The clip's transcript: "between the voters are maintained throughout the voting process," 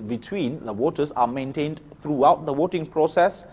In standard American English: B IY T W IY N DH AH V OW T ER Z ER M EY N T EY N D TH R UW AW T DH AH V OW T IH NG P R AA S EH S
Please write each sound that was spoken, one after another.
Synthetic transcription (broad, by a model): B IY T W IY N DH AH W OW T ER S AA M EY N T EY N D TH R UW AW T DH AH W OW T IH NG P R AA S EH S